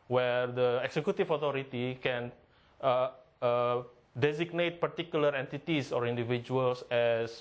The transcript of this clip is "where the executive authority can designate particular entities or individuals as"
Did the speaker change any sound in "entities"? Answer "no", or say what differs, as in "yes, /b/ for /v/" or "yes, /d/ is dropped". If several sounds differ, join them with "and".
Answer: yes, /s/ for /z/